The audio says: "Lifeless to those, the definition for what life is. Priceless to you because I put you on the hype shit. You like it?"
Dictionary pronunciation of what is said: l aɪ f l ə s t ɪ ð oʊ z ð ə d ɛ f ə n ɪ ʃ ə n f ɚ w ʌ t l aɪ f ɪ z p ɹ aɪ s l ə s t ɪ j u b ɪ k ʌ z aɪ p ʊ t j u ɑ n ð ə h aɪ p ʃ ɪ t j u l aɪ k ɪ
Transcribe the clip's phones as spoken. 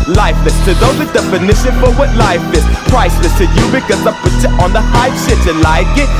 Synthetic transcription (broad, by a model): l aɪ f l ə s t ɪ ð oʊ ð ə d ɛ f ə n ɪ ʃ ə n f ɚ w ʌ t l aɪ f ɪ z p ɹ aɪ s ə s t ɪ j u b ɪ k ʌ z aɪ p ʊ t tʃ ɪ ɑ n ð ə h aɪ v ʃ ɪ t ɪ l aɪ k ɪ